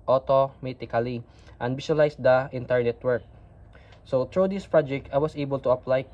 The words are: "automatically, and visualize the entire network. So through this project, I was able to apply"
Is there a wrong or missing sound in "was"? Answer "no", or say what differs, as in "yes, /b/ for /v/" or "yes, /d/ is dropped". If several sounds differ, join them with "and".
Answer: yes, /s/ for /z/